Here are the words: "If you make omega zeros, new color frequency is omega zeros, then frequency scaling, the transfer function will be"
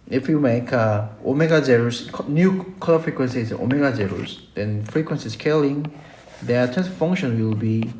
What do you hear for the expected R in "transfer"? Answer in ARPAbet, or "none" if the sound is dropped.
none